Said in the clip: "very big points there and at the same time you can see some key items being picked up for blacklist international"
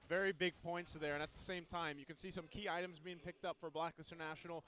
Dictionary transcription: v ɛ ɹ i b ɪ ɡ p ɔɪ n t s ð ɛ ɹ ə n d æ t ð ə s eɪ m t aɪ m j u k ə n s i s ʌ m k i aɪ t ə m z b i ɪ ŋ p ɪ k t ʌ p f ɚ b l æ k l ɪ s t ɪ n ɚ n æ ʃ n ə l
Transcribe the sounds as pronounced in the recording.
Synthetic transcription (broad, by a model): v ɛ ɹ i b ɪ ɡ p ɔɪ n t s ð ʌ ɹ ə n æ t ð ə s eɪ m t aɪ m j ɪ k ə n s i s ʌ m k i aɪ t ə m z b i ɪ ŋ p ɪ k t ʌ p f ɚ b l æ k ɪ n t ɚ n æ ʃ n l